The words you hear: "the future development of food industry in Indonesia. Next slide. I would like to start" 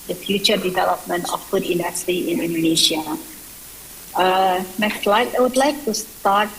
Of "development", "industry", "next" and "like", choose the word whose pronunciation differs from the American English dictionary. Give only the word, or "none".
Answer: industry